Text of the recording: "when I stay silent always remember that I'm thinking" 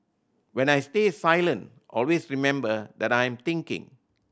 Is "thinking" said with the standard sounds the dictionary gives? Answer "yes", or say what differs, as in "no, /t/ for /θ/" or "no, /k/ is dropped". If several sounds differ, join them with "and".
no, /t/ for /θ/